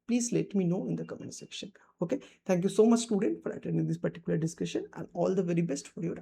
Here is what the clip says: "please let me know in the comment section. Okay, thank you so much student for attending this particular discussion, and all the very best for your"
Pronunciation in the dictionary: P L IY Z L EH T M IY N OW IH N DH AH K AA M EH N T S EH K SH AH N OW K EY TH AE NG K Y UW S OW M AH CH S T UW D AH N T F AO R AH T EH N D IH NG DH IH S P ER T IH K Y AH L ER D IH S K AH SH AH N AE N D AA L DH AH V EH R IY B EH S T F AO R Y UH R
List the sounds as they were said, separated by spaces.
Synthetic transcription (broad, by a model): P L IY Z L EH T M IY N OW IH N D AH K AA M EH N S EH K SH AH N OW K EY T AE NG K Y UW S OW M AH CH S T UW D AH N T F AO R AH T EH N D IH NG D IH S P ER T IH K Y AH L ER D IH S K AH SH AH N AE N D AA L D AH V EH R IY B EH S T F AO R Y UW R